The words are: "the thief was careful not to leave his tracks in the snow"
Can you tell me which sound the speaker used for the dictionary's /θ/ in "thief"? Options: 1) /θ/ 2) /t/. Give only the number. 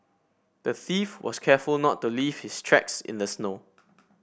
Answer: 1